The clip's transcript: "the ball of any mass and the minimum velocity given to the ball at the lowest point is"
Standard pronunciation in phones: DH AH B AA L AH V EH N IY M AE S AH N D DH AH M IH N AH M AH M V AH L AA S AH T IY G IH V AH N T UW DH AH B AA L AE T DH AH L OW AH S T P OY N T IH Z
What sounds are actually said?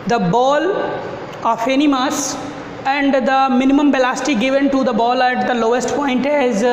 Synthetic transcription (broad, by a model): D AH B AA L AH F EH N IY M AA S AH N D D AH M IH N AH M AH M B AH L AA S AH T IY G IH V AH N T UW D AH B AA L AE T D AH L OW AH S T P OY N T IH Z